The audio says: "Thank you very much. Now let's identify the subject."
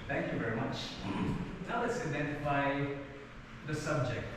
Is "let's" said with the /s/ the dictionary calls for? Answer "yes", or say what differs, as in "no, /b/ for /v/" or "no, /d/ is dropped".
yes